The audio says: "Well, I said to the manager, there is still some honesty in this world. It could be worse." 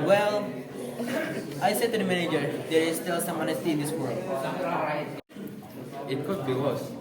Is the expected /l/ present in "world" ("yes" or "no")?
yes